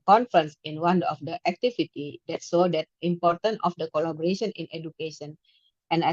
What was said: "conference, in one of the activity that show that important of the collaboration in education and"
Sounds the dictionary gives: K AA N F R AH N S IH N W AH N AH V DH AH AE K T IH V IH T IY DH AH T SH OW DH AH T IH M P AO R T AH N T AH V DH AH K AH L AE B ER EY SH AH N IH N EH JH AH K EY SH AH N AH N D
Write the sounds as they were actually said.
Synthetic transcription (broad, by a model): K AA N F R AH N S IH N W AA N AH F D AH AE K T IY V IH T IY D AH T S OW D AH T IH M P AO R T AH N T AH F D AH K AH L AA B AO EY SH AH N IH N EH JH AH K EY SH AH N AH N